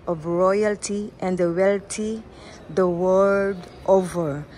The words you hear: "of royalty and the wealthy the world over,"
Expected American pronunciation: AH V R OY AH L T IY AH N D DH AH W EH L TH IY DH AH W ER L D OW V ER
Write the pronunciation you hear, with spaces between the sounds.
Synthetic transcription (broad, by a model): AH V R OY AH L T IY AH N D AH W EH L T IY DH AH W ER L D OW V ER